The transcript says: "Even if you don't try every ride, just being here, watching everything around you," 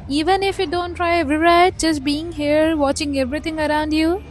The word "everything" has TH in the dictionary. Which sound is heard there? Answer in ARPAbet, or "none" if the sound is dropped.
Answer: T